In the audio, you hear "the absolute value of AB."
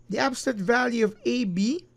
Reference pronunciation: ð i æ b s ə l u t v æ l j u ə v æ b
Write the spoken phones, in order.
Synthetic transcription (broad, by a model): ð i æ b s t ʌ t v æ l j u ə v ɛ b